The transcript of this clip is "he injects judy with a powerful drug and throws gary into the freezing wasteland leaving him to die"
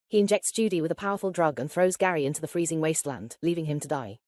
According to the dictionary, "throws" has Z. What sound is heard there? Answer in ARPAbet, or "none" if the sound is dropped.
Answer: Z